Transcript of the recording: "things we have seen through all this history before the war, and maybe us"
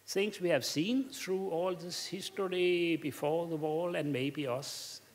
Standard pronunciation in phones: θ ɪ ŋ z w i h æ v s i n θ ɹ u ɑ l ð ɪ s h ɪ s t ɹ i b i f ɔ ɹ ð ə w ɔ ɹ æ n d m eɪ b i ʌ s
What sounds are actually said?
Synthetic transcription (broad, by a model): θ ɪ ŋ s w i h æ v s i n θ ɹ u ɑ l ð ɪ s h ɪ s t ɹ i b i f ɔ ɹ ð ə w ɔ l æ n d m eɪ b i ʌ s